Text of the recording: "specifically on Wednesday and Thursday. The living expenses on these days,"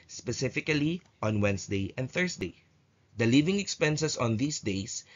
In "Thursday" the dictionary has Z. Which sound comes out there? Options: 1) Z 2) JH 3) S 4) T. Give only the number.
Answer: 3